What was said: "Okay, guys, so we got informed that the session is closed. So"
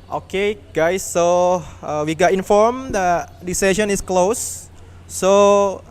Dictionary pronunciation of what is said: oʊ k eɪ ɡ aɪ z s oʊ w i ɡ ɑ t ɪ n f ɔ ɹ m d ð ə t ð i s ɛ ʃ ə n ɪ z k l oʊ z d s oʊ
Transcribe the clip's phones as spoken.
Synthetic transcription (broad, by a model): oʊ k eɪ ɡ aɪ s oʊ w i ɡ ɑ t ɪ n f ɔ ɹ m d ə t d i s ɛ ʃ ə n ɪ s k l oʊ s oʊ